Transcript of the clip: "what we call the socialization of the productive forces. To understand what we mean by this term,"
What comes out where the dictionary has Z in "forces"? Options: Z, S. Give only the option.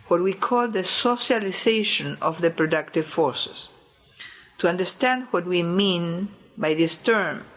S